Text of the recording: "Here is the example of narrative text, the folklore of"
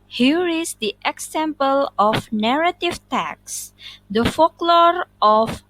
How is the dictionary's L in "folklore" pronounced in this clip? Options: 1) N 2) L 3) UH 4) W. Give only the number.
2